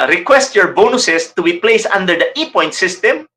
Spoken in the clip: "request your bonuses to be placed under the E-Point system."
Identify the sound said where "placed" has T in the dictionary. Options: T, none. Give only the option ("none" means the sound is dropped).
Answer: none